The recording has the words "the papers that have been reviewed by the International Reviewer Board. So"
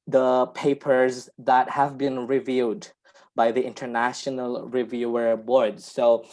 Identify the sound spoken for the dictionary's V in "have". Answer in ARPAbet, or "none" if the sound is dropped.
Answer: V